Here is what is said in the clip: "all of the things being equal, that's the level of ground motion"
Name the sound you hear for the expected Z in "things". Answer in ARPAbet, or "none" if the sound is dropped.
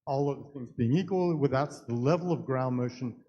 Z